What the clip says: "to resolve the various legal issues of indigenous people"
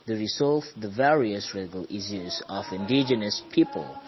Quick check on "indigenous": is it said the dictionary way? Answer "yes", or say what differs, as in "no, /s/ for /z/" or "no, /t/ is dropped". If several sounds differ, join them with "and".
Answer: yes